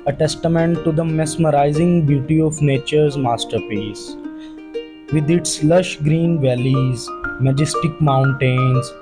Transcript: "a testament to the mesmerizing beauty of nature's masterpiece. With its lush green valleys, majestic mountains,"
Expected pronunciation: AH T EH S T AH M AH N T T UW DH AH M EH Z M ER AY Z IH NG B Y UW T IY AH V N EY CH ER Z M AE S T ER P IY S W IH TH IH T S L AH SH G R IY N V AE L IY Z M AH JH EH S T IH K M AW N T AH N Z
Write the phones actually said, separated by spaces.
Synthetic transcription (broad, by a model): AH T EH S T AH M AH N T T UW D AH M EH S M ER AY Z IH NG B Y UW T IY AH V N EY CH ER Z M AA S T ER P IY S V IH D IH T S L AH SH G R IY N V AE L IY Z M AH JH EH S T IH K M AW N T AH N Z